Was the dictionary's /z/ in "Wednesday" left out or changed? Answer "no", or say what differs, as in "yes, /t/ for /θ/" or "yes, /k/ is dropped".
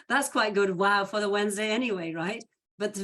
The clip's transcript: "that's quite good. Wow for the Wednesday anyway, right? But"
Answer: no